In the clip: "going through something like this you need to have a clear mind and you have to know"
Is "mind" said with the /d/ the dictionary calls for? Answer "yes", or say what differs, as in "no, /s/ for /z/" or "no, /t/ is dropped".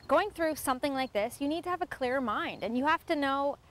yes